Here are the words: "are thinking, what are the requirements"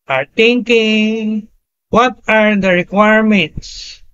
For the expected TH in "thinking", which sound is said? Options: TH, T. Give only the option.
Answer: T